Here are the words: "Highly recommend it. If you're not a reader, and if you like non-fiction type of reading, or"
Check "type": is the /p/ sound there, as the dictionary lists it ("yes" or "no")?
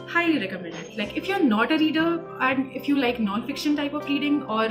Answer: yes